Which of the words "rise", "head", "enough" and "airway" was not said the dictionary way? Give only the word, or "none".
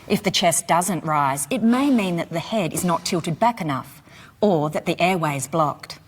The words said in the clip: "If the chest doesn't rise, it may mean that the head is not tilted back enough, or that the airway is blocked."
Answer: none